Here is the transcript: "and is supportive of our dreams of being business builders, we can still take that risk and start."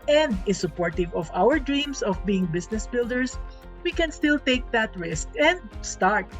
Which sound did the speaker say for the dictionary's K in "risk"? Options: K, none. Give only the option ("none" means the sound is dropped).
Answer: K